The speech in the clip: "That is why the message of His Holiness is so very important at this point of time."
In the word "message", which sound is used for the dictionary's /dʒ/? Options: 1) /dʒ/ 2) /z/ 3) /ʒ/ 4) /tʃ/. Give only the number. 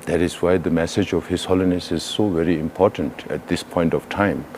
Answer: 1